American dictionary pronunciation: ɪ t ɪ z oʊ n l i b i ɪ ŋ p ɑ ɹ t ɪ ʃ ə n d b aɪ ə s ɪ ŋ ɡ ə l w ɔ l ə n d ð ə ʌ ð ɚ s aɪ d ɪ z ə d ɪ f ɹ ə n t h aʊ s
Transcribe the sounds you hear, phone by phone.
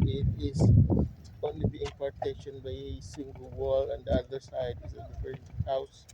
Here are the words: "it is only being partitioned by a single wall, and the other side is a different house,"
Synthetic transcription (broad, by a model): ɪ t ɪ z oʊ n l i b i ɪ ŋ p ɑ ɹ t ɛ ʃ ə n b aɪ ə s ɪ ŋ ɡ ə l w ɔ l ə n d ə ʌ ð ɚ s aɪ d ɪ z ə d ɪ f ə t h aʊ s